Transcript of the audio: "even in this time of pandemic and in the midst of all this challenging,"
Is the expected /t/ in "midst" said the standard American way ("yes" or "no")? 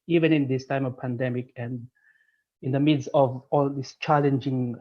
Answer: no